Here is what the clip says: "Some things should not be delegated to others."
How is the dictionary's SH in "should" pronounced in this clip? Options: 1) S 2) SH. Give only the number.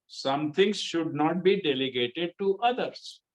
2